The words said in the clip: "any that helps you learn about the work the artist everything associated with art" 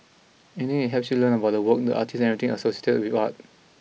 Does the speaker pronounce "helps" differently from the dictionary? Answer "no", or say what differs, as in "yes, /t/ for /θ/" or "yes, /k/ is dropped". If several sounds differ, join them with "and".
yes, /l/ is dropped